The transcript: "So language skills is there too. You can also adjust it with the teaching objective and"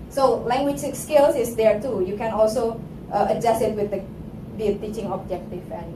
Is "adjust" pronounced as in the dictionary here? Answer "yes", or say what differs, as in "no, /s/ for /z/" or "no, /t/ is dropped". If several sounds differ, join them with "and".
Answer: no, /t/ is dropped